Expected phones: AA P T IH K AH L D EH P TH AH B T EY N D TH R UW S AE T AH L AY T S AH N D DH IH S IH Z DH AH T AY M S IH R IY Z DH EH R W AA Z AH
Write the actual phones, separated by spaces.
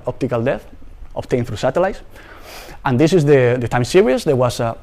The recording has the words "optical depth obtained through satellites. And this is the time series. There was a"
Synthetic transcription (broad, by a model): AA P T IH K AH L D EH TH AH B T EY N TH R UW S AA T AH L AY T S AH N D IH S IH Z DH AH T AY M S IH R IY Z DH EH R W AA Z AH